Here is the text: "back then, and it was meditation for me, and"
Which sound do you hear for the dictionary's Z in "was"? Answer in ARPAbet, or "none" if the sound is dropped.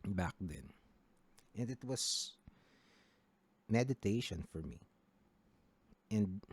S